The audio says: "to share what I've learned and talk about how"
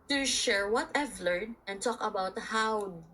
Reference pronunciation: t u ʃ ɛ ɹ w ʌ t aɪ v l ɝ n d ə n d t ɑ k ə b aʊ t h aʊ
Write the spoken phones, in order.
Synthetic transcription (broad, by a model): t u ʃ ɛ ɹ w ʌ t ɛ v l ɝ d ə n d t ɑ k ə b aʊ t h aʊ